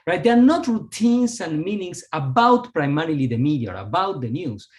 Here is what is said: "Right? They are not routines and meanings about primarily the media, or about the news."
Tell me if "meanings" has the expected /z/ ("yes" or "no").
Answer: no